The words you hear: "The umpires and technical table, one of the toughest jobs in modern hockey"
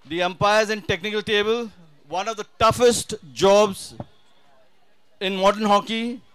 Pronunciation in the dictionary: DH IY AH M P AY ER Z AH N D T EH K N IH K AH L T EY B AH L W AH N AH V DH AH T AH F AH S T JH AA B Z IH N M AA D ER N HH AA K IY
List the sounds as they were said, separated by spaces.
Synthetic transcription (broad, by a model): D IY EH M P AY ER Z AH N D T EH K N IH K AH L T EY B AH L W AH N AH V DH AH T AH F AH S T JH AA B Z IH N M AA D ER N HH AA K IY